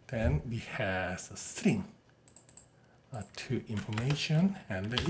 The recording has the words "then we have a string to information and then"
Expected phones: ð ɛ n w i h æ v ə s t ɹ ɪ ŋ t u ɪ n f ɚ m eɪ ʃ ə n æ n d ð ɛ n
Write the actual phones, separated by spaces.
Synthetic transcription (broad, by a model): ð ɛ n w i h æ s ə s t ɹ ɪ ŋ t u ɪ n f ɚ m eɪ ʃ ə n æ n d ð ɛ